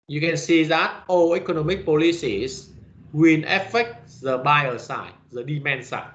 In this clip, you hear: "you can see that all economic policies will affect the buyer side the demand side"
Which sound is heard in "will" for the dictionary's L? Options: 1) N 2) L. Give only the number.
1